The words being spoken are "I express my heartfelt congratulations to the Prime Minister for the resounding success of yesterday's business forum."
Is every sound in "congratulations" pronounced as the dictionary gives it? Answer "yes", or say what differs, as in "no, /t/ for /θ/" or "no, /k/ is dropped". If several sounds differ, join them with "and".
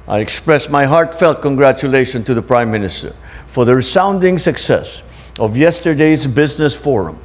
no, /z/ is dropped